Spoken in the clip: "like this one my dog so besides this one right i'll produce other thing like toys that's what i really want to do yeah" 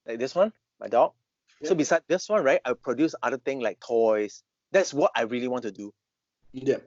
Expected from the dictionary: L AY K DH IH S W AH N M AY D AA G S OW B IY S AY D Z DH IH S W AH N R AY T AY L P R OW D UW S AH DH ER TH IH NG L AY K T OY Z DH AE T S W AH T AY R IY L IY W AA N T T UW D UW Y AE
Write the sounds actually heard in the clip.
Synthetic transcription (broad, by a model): L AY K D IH S W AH N M AY D AA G S OW B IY S AY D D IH S W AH N R AY T AY W P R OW D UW S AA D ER T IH NG L AY K T OY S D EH T S W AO T AY R IY L IY W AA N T T UW D UW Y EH